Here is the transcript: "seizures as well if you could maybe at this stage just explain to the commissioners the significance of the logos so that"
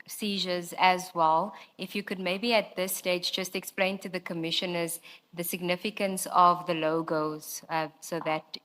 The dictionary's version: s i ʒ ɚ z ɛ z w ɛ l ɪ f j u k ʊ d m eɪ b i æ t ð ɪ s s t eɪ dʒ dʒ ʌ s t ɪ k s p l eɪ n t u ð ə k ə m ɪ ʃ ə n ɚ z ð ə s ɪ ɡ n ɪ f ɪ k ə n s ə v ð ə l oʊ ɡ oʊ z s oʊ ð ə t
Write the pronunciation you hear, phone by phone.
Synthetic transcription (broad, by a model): s i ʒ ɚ z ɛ z w ɛ l ɪ f j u k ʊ d m eɪ b i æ t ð ɪ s s t eɪ dʒ dʒ ʌ s t ɪ k s p l eɪ n t u ð ə k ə m ɪ ʃ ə n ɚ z ð ə s ɪ ɡ n ɪ f ɪ k ə n s ə v ð ə l oʊ ɡ oʊ z s oʊ ð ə t